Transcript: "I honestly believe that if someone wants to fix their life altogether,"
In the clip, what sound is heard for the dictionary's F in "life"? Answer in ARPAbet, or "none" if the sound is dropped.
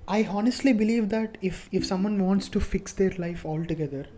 F